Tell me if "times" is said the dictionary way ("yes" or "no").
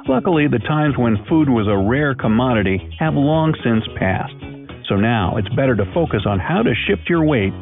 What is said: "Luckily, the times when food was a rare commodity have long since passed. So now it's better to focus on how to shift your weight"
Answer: yes